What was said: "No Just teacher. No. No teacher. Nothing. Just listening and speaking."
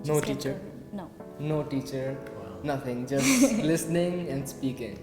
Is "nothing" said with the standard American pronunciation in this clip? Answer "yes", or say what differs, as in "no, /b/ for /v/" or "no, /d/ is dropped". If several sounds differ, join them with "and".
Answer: no, /t/ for /θ/